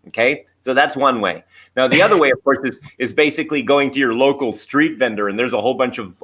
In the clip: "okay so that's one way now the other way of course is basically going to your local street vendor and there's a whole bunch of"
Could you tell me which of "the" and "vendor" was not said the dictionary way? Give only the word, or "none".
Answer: none